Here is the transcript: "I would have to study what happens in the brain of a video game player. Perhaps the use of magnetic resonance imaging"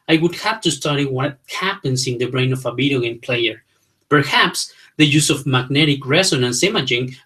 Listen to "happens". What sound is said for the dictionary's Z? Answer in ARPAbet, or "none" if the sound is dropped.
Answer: S